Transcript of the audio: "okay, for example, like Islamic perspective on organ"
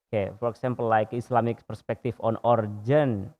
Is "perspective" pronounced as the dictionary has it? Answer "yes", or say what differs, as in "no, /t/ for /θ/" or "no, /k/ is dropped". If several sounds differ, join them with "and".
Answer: no, /f/ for /v/